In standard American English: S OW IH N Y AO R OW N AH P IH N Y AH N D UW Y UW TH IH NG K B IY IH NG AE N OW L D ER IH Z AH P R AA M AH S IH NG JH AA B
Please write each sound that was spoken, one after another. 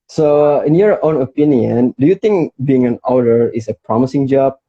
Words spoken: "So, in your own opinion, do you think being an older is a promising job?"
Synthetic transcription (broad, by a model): S OW IH N Y AO R OW N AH P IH N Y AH N D UW Y UW T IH NG K B IY IH NG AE N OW D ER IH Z AH P R AA M AH S IH NG JH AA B